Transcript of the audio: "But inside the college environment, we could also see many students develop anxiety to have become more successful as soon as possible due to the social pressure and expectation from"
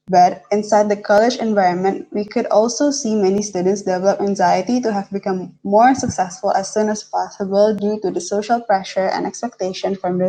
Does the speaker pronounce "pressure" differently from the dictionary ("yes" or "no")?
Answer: no